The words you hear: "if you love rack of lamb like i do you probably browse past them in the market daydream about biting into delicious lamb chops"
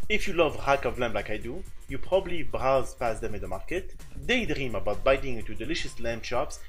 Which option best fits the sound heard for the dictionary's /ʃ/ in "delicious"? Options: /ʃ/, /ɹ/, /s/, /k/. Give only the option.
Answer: /ʃ/